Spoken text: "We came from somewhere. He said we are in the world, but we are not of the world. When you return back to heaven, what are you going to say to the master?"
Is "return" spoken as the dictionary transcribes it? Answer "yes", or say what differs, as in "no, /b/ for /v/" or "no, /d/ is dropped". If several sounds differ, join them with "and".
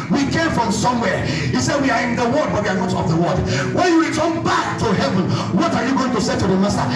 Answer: no, /w/ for /ɹ/